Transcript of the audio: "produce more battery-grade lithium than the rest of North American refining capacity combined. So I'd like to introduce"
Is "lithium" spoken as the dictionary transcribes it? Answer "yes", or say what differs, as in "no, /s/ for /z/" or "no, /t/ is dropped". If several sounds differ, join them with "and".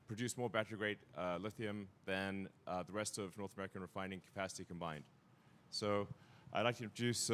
yes